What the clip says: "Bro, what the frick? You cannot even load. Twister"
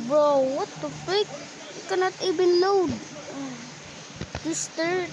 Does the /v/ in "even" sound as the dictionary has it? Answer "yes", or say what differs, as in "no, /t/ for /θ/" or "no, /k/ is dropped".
no, /b/ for /v/